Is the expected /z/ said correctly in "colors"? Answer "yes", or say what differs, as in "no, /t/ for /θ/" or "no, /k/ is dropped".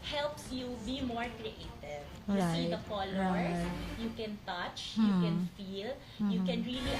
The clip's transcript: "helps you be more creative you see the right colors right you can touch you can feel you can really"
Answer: no, /z/ is dropped